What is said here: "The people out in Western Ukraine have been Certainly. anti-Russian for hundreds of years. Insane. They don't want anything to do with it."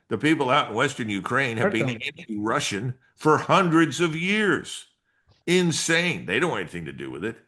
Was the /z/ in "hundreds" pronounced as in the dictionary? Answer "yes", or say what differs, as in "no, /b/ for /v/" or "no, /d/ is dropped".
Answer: yes